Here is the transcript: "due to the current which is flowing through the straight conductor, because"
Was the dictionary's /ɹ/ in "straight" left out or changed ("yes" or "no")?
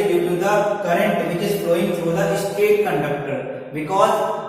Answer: yes